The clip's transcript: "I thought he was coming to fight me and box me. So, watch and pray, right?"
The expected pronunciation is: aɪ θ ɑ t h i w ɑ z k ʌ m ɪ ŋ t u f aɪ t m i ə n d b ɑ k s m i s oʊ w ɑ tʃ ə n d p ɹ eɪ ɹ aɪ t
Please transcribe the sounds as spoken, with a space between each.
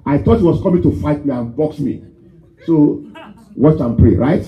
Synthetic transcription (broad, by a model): aɪ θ ɑ t h i w ɑ s k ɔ m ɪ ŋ t u f aɪ t m i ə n b ɑ k s m i s oʊ w ɑ tʃ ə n p ɹ eɪ ɹ aɪ t